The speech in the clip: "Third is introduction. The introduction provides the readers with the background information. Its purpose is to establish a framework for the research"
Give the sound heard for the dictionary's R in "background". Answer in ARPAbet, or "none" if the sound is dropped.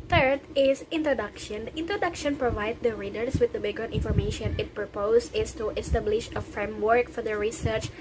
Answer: none